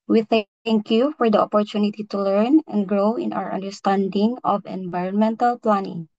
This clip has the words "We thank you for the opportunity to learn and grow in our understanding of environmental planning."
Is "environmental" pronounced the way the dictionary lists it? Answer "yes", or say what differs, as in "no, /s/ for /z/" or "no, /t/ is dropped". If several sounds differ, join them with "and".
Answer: yes